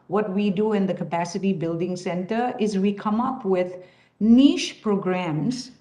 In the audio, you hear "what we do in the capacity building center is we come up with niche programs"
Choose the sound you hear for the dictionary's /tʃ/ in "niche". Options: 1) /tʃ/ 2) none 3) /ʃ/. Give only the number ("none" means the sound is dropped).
3